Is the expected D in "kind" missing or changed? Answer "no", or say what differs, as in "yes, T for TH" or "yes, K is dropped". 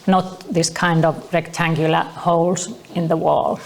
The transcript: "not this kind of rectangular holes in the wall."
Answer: no